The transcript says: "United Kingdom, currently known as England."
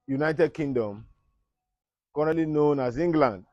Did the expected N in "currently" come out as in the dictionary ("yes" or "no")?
no